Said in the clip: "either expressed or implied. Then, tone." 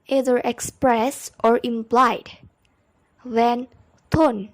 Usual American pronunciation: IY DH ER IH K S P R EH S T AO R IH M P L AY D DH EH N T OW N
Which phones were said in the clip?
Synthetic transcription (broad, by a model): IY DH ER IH K S P R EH S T AO R IH M P L AY D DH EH N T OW N